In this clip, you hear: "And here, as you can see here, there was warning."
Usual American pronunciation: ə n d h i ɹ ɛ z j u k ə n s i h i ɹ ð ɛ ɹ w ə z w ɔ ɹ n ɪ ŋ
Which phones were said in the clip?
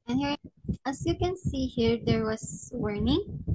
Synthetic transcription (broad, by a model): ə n h i ɹ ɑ s j u k ə n s i h i ɹ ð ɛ ɹ w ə s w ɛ ɹ n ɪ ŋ